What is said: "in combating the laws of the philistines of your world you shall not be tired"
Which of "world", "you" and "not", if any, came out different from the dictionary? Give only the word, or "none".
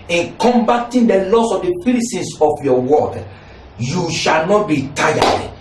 world